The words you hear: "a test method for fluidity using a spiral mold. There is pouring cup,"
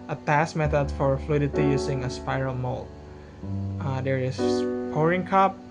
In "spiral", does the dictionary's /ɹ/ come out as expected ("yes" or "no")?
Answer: yes